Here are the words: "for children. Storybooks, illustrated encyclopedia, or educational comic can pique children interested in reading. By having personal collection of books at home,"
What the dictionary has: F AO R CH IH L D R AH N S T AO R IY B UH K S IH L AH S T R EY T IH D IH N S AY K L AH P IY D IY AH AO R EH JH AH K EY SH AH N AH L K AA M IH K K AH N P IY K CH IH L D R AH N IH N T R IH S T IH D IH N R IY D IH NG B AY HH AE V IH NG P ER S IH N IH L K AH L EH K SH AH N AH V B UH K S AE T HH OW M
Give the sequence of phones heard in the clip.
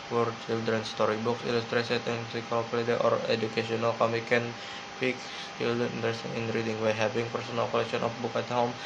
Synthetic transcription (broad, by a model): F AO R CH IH L D R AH N S T AO R IY B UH K S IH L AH S T R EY S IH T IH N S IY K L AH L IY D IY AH AO R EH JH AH K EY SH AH N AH L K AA M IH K K AH N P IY K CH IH L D AH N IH N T R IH S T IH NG IH N R IY D IH NG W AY HH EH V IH NG P ER S IH N IH L K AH L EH K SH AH N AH F B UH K AA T HH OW M